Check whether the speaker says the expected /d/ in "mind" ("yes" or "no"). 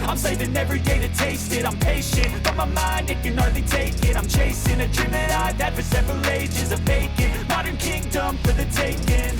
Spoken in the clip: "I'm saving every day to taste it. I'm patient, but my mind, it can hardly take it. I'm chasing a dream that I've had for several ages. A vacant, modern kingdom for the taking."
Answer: yes